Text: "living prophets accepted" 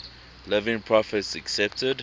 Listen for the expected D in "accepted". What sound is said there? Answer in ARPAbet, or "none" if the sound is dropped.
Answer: D